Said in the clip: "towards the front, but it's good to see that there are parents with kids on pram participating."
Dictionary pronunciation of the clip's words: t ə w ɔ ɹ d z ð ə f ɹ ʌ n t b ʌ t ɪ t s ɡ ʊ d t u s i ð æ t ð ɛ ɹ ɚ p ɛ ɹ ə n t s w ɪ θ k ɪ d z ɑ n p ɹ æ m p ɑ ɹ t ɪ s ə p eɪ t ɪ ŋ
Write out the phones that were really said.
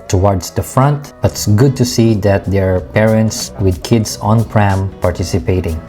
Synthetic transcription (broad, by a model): t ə w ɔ ɹ d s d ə f ɹ ʌ n t b ʌ t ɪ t s ɡ ʊ d t u s i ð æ t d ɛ ɹ p ɛ ɹ ə n t s w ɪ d k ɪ d s ɑ n p ɹ æ m p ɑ ɹ t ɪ s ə p eɪ t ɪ ŋ